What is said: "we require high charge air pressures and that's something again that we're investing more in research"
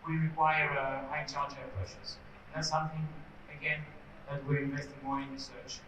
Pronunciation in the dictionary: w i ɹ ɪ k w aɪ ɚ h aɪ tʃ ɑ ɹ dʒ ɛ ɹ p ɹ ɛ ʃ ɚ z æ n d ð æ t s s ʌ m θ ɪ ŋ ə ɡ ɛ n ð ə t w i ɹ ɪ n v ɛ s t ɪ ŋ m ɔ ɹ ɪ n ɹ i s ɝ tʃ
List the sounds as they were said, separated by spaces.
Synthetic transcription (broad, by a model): w i ɹ ɪ k w aɪ ɚ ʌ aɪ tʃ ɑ l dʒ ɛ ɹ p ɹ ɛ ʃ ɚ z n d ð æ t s s ʌ m θ ɪ ŋ ə ɡ ɛ n ð ə t w i ɹ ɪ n v ɛ s t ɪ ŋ m ɔ ɹ ɪ n ɹ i s ɝ tʃ